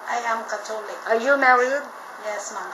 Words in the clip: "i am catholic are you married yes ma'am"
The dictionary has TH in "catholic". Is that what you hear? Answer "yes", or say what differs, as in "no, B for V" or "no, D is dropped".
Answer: no, T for TH